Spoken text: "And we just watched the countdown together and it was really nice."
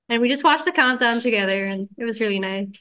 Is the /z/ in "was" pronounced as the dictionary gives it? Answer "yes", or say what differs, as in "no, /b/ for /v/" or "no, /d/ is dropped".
yes